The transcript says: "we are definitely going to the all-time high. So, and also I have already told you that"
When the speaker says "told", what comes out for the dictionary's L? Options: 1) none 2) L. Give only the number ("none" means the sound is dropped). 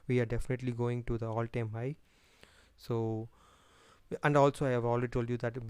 2